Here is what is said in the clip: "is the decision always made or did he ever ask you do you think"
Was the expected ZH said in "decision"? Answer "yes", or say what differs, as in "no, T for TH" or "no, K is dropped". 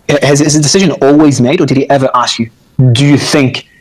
yes